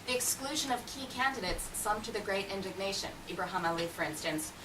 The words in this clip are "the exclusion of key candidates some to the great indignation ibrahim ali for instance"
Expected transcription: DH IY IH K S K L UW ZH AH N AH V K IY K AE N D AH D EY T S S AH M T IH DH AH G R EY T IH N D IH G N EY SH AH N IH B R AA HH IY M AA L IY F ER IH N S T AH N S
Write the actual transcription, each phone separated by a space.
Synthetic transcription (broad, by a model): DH IY IH K S K L UW ZH AH N AH V K IY K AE N D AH D EY T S S AH M T IH DH AH G R EY T IH N D IH G N EY SH AH N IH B R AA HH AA M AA L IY F ER IH N S T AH N S